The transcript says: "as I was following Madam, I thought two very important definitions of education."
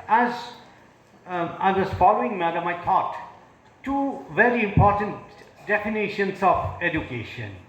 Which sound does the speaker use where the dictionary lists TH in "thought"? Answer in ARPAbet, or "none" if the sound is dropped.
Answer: T